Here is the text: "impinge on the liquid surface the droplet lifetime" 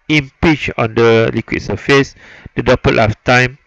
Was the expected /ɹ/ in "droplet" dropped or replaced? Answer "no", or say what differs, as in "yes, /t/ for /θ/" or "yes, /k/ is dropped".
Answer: yes, /ɹ/ is dropped